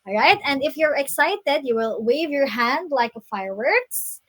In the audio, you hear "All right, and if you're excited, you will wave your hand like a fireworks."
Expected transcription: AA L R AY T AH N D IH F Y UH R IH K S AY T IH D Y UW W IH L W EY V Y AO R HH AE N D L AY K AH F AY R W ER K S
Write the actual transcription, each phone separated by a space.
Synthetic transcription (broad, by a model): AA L R AY T AH N D IH F Y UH R IH K S AY T IH D Y UW W IH L W EY V Y AO R HH AE N D L AY K AH F AY R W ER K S